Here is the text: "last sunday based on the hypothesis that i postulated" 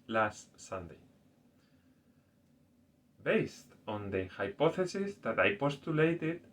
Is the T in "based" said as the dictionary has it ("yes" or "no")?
yes